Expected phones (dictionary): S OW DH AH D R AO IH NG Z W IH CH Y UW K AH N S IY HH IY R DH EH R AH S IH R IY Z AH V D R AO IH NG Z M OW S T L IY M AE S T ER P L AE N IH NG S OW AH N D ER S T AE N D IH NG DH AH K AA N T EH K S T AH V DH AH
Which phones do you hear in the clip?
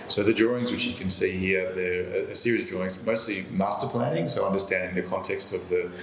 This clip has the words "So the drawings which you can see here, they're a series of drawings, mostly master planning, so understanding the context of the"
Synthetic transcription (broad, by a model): S OW DH AH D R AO IH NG Z W IH CH Y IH K AH N S IY HH IY R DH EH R AH S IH R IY AH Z D R AO IH NG Z M OW S T L IY M AE S T ER P L AE N IH NG S OW AH N D ER S T AE N D IH NG DH AH K AA N T EH K S T AH V DH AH